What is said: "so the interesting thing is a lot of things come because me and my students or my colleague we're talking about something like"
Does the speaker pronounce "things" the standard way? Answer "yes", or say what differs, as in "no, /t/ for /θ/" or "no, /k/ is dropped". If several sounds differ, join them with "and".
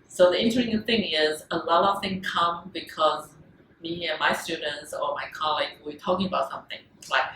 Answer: no, /z/ is dropped